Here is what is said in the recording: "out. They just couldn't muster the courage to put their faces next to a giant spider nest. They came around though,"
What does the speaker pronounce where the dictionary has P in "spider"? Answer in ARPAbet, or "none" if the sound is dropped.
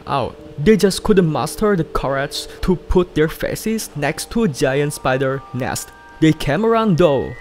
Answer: B